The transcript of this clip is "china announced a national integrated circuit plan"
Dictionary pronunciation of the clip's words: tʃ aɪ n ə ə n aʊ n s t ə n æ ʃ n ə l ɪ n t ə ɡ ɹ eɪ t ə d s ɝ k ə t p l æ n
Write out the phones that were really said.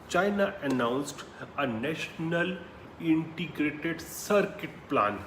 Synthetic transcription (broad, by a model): tʃ aɪ n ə ə n aʊ n s t ə n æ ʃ n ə l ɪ n t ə ɡ ɹ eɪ t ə d s ɝ k ə t p l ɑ n